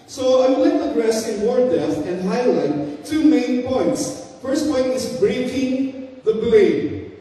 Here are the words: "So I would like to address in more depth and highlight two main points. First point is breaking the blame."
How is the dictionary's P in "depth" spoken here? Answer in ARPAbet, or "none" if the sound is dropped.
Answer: none